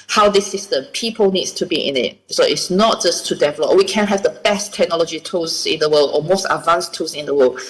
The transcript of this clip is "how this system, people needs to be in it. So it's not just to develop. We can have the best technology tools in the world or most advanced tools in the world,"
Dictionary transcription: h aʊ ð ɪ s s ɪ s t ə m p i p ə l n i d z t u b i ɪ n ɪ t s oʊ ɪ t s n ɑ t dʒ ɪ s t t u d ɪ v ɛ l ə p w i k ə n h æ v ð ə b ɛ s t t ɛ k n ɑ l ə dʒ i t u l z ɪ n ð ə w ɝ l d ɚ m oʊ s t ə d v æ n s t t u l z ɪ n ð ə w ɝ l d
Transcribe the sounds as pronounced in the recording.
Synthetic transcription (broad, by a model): h aʊ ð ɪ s s ɪ s t ə m p i p ə l n i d s t u b i ɪ n ɪ t s oʊ ɪ t s n ɑ t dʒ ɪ s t t u d ɪ v ɛ l ə p w i k ə n h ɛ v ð ə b ɛ s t t ɛ k n ɑ l ə dʒ i t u z ɪ n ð ə w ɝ l d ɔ m oʊ s t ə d v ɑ n s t t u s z ɪ n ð ə w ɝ l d